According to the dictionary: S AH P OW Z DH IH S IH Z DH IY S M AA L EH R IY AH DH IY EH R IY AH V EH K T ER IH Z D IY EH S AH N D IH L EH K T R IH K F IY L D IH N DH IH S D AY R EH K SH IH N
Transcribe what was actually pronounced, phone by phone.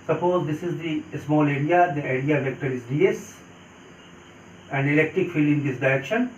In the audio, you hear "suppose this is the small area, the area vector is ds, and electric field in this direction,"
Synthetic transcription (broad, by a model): S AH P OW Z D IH S IH Z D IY S M AA L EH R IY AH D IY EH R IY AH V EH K T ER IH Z D IY EH S AH N D IH L EH K T R IH K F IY L IH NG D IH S D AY R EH K SH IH N